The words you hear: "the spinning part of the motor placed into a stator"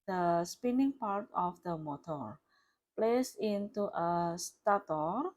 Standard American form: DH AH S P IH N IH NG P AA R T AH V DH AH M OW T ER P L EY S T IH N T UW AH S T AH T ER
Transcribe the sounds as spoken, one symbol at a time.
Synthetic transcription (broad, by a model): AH S P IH N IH NG P AA R T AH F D AH M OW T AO P L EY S IH N T UW AH S T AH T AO